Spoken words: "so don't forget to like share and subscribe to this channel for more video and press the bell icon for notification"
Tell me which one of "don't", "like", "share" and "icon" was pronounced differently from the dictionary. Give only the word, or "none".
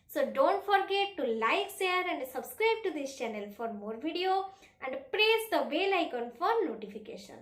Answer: share